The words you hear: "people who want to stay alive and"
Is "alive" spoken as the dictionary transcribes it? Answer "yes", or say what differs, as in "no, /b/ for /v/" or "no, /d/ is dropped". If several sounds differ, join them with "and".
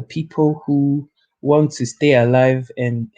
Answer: yes